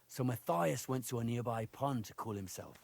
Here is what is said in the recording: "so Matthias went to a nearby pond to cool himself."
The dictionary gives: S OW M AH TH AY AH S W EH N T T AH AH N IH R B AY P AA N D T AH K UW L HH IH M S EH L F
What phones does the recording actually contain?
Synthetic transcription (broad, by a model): S OW M AH TH AY AH S W EH N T T AH AH N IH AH B AY P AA N T AH K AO L HH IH M S EH L F